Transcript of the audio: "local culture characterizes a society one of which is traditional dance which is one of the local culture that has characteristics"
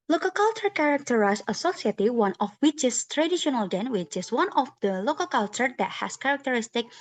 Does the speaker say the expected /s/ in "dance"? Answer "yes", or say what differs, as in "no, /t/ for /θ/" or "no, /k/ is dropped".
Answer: no, /s/ is dropped